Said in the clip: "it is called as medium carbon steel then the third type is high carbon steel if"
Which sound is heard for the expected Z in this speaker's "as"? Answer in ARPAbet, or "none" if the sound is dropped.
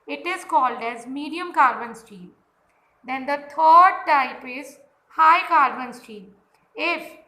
Z